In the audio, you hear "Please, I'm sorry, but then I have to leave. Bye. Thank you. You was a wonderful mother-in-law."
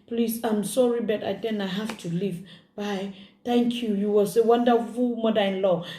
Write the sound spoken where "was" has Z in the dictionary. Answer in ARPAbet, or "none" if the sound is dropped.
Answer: S